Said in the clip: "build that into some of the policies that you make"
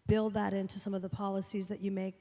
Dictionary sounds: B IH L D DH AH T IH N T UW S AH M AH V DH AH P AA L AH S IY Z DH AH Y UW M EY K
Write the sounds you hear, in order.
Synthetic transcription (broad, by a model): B IH L D DH AH T IH N T UW S AH M AH V DH AH P AA L AH S IY Z DH AH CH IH M EY K